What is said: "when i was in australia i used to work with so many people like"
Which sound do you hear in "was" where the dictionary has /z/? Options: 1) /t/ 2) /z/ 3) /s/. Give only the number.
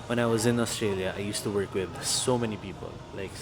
2